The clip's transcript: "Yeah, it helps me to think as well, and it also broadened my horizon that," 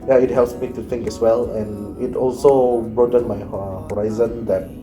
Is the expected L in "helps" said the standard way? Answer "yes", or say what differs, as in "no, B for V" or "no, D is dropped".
yes